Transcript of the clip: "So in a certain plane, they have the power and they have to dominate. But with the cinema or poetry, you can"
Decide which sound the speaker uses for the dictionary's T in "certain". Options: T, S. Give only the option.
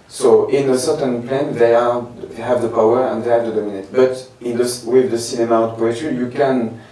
T